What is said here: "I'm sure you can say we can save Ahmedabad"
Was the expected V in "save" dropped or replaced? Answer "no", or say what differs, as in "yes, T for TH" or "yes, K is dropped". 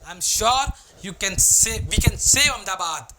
yes, V is dropped